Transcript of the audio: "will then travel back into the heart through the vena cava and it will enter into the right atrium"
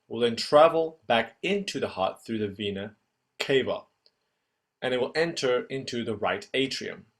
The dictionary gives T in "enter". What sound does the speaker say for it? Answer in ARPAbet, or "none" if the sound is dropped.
T